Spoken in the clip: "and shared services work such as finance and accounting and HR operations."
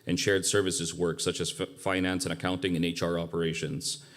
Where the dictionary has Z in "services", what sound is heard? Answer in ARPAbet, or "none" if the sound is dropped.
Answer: Z